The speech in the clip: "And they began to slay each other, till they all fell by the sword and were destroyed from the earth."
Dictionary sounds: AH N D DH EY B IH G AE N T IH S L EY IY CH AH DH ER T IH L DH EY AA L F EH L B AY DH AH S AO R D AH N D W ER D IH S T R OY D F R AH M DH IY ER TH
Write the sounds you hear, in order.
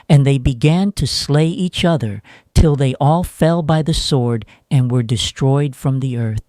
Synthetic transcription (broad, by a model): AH N DH EY B IH G AE N T IH S L EY IY CH AH DH ER T IH L DH EY AA L F EH L B AY DH AH S AO R D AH N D W ER D IH S T R OY D F R AH M DH IY ER TH